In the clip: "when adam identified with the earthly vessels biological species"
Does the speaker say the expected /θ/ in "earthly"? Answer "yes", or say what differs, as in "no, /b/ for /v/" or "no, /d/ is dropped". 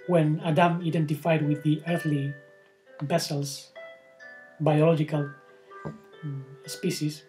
yes